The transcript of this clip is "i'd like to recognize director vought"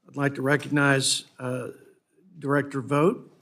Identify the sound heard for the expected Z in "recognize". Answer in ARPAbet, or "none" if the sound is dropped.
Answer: Z